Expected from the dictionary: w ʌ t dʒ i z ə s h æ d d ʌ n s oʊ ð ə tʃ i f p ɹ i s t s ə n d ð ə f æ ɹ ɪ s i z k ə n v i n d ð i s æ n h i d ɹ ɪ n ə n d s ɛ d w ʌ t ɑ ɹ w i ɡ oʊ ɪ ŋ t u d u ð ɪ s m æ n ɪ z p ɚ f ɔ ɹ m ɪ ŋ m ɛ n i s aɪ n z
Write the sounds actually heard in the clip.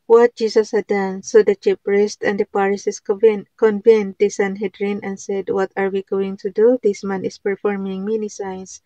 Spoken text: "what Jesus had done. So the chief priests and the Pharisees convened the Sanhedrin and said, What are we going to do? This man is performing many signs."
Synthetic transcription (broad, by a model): w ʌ t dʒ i s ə s h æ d d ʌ n s oʊ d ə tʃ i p ɹ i s t ə n d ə p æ ɹ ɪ s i s k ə n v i n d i s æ n h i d ɹ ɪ n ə n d s ɛ d w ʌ t ɑ ɹ w i ɡ oʊ ɪ ŋ t u d u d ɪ s m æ n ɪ s p ɚ f ɔ ɹ m ɪ ŋ m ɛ n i s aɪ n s